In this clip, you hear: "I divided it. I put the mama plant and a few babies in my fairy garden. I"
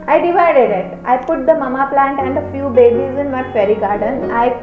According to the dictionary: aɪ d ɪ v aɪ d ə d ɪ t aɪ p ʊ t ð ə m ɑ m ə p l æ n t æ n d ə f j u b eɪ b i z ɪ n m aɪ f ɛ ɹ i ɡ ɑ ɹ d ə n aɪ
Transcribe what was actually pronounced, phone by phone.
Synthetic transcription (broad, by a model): aɪ d ɪ v aɪ d ə d ɪ t aɪ p ʊ t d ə m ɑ m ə p l æ n t æ n d ə f j u b eɪ b i z ɪ n m aɪ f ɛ ɹ i ɡ ɑ ɹ d ə n aɪ